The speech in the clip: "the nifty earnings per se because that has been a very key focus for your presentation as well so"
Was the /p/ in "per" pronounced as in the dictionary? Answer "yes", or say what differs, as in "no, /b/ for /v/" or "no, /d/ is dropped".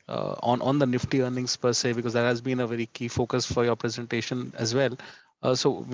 yes